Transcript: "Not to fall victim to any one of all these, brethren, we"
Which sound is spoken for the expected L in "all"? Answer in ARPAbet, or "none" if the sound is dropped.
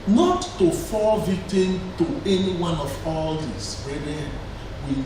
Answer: L